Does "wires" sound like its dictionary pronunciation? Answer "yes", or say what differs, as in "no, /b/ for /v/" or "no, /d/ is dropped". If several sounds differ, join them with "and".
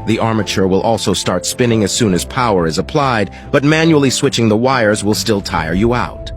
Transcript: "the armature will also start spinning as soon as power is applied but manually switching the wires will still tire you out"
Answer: yes